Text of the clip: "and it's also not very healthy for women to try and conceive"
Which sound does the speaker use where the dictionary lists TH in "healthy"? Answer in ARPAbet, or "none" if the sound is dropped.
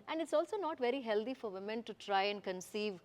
T